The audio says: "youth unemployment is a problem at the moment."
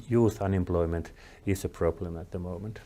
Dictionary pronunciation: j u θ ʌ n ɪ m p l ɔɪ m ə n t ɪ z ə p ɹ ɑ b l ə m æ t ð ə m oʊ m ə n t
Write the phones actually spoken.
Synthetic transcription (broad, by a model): j u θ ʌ n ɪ m p l ɔɪ m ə n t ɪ s ə p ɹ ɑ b l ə m æ t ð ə m oʊ m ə n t